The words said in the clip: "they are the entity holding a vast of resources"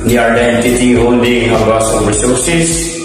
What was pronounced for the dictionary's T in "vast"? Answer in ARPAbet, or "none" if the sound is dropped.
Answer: none